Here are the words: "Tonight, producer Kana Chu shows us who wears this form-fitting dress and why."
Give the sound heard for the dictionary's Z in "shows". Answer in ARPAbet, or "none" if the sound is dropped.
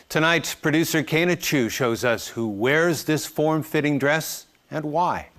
Z